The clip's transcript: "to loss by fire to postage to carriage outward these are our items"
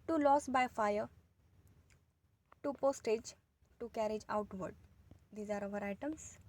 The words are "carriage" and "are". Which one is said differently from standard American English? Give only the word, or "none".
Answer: none